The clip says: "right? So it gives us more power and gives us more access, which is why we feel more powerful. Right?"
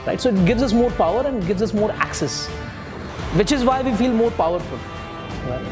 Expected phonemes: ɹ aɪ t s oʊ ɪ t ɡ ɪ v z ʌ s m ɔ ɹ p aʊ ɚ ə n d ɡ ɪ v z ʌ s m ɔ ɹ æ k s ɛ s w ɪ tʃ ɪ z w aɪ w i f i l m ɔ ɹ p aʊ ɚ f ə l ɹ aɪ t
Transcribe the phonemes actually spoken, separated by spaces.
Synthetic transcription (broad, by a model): ɹ aɪ t s oʊ ɪ t ɡ ɪ v z ʌ s m ɔ ɹ p aʊ ɚ ə n d ɡ ɪ v z ʌ s m ɔ ɹ æ k s ɛ s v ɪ tʃ ɪ z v aɪ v i f i l m ɔ ɹ p aʊ ɚ f ə l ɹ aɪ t